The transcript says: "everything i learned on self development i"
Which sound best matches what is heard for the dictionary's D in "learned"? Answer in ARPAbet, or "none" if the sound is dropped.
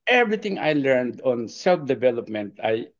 D